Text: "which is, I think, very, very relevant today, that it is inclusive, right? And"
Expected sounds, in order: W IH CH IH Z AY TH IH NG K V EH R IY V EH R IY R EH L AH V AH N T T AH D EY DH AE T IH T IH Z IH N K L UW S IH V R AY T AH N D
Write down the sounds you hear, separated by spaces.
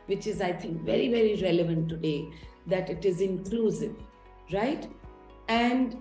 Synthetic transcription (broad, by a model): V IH CH IH Z AY T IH NG K V EH R IY V EH R IY R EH L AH V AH N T T AH D EY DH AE T IH T IH Z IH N K L UW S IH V R AY T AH N D